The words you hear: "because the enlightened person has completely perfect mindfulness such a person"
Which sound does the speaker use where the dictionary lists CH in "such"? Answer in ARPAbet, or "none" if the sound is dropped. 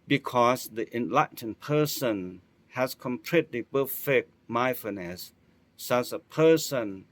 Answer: S